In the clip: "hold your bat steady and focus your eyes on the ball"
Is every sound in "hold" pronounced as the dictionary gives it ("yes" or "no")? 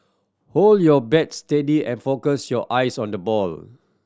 yes